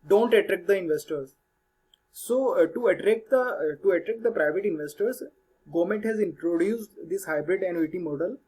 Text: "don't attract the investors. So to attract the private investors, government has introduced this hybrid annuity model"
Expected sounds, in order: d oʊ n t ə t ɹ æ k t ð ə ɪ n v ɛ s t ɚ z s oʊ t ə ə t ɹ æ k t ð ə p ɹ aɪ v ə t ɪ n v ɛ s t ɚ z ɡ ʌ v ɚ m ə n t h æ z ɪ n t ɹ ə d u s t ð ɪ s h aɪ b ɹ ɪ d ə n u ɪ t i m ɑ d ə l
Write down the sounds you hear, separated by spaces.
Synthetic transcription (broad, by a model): d oʊ n t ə t ɹ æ k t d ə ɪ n v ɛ s t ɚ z s oʊ t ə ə t ɹ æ k t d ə p ɹ aɪ v ə t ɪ n v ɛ s t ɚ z ɡ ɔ m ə n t h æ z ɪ n t ɹ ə d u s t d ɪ s h aɪ b ɹ ɪ d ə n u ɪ t i m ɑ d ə l